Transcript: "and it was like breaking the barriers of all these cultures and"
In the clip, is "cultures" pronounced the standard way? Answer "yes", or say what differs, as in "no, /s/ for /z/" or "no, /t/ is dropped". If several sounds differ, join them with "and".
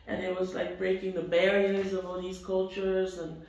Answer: yes